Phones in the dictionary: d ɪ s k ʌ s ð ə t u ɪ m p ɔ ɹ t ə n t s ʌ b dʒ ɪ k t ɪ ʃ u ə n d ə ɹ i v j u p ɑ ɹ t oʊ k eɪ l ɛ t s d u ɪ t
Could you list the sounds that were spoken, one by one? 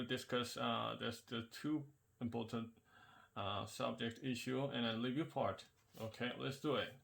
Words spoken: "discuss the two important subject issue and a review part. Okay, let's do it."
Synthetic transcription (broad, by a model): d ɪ s k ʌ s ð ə t u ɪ m p ɔ ɹ t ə n t s ʌ b dʒ ɪ k t ɪ ʃ u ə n ə l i v j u p ɑ ɹ t oʊ k eɪ l ɛ t s d u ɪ t